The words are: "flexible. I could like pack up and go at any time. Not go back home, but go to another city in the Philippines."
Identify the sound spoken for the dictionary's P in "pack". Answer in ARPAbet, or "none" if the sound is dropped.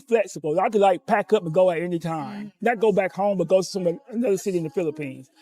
P